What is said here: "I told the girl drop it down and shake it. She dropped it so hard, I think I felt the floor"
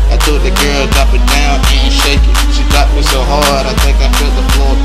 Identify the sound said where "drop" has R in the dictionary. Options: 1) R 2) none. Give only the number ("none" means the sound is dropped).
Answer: 2